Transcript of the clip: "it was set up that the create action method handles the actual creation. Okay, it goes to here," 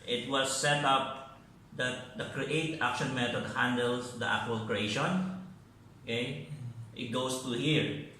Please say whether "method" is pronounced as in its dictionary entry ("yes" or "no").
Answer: no